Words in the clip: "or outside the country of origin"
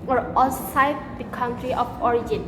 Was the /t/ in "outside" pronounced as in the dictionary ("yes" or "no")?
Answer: no